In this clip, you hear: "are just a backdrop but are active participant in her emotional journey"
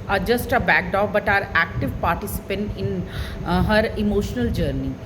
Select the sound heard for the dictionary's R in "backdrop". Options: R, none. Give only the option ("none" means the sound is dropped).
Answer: none